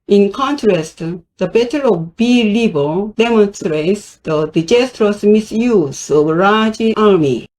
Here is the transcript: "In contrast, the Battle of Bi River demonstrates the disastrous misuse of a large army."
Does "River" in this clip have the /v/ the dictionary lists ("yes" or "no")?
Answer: no